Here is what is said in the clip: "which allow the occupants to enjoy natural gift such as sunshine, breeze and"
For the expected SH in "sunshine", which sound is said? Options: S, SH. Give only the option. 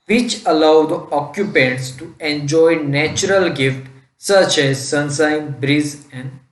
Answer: S